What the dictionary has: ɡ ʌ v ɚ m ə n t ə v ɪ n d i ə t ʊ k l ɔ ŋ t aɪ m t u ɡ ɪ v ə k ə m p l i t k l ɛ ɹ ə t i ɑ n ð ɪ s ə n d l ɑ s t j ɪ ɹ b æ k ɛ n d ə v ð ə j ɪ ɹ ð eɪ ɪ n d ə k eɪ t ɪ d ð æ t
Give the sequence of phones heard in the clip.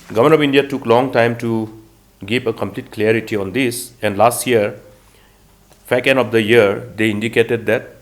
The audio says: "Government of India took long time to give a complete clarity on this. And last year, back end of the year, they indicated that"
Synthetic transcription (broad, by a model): ɡ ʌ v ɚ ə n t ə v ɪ n d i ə t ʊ k l ɔ ŋ t aɪ m t u ɡ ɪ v ə k ə m p l i t k l ɛ ɹ ə t i ɑ n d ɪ s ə n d l ɑ s t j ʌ ɹ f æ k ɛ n ə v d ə j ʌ ɹ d eɪ ɪ n d ə k eɪ t ɪ d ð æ t